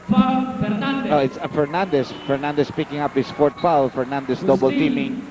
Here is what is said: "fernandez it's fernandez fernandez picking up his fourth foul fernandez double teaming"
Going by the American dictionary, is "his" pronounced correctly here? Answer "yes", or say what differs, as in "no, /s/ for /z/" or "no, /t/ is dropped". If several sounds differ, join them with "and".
no, /s/ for /z/